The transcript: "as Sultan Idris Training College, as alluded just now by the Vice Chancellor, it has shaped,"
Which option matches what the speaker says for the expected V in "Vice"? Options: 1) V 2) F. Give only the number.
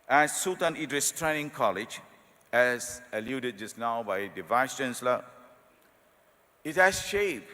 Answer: 1